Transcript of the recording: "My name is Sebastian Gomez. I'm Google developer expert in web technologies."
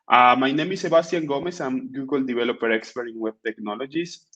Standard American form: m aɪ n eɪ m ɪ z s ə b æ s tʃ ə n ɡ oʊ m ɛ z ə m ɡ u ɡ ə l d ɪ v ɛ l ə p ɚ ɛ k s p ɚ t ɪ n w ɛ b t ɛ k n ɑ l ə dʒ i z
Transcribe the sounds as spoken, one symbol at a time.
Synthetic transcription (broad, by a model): m aɪ n eɪ m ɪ s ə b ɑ s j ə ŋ ɡ oʊ m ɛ s ə m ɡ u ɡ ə l d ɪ b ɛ l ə p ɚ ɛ k s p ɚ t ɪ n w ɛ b t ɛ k n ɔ l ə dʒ i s